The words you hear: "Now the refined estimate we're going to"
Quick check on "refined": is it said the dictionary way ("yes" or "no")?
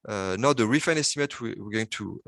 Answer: no